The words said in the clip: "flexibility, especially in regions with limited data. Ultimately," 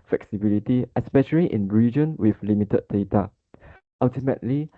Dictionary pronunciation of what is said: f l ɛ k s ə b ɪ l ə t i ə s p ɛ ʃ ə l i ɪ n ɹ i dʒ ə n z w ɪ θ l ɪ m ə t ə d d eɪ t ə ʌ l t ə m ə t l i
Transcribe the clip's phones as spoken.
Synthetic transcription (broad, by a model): f l ɛ k s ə b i l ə t i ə s p ɛ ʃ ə l i ɪ n ɹ i dʒ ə n w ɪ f l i m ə t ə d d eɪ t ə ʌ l t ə m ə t l i